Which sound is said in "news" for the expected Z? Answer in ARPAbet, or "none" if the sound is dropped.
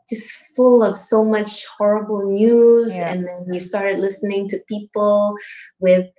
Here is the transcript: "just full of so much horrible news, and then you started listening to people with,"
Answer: Z